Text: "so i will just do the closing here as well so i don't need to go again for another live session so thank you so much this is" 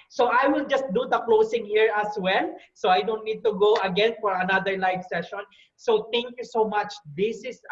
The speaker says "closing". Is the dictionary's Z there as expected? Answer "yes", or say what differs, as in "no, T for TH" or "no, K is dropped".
no, S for Z